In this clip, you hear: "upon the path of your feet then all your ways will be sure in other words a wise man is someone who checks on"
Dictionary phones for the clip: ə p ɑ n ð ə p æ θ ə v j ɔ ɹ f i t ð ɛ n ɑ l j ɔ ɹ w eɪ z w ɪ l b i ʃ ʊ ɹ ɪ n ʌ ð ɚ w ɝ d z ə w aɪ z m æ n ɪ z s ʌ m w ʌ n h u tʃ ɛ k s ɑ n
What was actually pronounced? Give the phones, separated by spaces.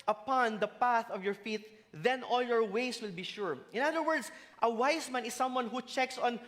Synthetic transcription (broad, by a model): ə p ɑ n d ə p æ θ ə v j ɔ ɹ f i t ð ɛ n ɑ l j ɔ ɹ w eɪ s w ɪ l b i ʃ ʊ ɹ ɪ n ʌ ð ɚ w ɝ d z ə w aɪ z m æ n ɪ s ʌ m w ʌ n h u tʃ ɛ k s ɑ n